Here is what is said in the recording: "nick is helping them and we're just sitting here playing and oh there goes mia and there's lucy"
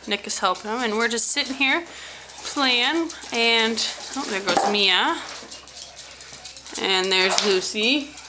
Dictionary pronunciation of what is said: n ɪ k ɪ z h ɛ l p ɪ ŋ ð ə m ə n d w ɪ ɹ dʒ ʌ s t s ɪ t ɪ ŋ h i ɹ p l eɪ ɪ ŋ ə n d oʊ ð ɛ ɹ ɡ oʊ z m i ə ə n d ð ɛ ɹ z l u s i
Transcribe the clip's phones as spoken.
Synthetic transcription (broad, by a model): n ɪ k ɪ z h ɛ l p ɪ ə m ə n w ɪ ɹ dʒ ʌ s t s ɪ t ɪ ŋ h i ɹ p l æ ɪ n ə n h oʊ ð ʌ ɹ ɡ oʊ z m i ə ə n ð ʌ ɹ z l u s i